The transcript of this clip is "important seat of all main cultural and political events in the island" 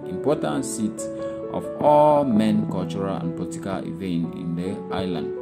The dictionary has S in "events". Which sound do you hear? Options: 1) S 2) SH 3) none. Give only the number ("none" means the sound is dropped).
3